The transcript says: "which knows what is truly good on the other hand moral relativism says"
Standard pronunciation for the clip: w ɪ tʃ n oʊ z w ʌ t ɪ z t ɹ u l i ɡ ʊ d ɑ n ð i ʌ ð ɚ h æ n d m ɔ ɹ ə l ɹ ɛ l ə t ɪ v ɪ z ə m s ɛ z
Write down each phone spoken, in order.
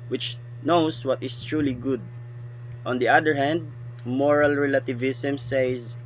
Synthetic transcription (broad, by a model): w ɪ tʃ n oʊ s w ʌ t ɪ s t ɹ u l i ɡ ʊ d ɑ n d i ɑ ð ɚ h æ n d m ɔ ɹ ə l ɹ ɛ l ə t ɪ v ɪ s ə m s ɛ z